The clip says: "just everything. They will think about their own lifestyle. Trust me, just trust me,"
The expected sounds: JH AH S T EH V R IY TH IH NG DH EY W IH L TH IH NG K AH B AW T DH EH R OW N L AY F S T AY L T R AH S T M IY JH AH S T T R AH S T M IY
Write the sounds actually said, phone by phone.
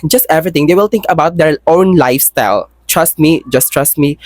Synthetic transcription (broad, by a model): JH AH S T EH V R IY T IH NG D EY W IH L T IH NG K AH B AW T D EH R OW N L AY F S T AY L T R AH S T M IY JH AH S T T R AH S T M IY